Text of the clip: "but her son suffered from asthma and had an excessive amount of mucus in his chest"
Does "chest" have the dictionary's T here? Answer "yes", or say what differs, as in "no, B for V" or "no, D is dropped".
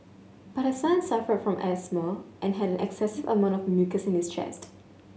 yes